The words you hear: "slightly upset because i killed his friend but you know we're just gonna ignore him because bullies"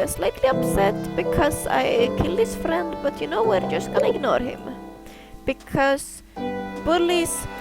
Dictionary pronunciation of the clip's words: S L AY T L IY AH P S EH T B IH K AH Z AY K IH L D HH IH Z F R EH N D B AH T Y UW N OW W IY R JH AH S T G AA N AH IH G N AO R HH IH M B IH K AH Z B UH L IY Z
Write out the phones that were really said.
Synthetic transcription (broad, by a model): S L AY T L IY AH P S EH T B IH K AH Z AY K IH L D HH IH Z F R EH N D B AH T Y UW N OW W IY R JH AH S T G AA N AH IH G N AO R HH IH M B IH K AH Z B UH L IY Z